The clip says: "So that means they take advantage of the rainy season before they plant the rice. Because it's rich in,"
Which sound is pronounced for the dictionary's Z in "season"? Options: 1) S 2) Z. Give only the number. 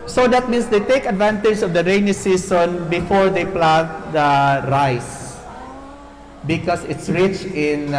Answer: 1